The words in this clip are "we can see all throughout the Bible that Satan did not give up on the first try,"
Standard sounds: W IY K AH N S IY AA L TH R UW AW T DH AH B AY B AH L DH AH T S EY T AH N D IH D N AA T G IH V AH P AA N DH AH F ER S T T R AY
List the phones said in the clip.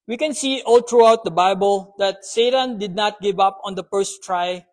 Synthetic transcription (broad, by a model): W IY K AH N S IY AA L T R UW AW T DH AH B AY B AH L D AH T S EY T AH N D IH D N AA T G IH V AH P AA N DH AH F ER S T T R AY